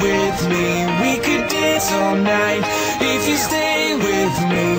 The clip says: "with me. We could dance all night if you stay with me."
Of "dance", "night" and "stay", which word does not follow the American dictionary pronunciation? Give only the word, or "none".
dance